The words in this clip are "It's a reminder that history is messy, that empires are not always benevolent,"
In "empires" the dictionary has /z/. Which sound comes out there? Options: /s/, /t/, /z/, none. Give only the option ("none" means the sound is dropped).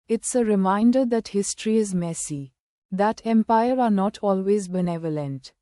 none